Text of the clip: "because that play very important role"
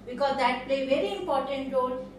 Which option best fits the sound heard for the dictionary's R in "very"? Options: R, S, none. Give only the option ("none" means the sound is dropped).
R